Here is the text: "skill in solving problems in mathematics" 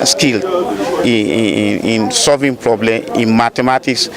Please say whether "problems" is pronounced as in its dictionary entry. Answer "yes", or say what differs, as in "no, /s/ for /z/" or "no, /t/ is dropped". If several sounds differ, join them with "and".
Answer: no, /z/ is dropped